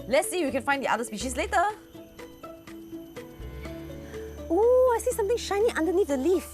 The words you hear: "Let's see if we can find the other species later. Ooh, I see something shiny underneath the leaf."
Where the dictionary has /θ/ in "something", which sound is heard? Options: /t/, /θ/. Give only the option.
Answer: /t/